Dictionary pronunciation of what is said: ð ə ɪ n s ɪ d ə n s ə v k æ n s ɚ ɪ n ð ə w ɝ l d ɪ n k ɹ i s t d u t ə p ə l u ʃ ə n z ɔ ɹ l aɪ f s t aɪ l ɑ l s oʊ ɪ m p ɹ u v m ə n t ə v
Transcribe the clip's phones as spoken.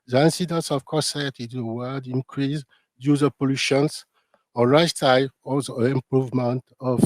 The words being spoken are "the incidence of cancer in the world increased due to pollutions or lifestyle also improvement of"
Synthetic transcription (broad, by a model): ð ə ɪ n s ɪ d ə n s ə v k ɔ s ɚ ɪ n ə w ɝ d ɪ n k ɹ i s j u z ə p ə l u ʃ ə n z ɔ ɹ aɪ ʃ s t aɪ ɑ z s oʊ ɪ m p ɹ u v m ə n t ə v